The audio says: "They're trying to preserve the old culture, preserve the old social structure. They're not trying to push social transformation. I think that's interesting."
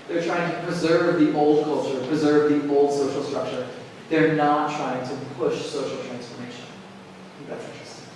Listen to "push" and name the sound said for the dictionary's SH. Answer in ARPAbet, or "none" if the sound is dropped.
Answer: SH